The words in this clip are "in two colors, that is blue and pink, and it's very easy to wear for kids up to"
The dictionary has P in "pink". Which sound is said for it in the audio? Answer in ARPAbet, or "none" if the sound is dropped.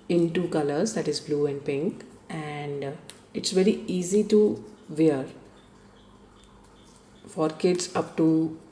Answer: P